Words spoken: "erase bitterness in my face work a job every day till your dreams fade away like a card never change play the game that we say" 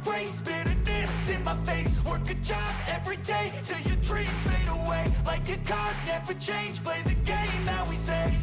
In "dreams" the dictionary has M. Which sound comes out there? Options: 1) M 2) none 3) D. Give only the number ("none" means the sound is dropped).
2